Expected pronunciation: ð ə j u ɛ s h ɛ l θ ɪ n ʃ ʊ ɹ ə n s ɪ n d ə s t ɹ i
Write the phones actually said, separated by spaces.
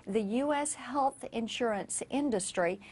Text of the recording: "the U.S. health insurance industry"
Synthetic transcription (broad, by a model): ð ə j u ɛ s h ɛ l θ ɪ n ʃ ʊ ɹ ə n s ɪ n d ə s t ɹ i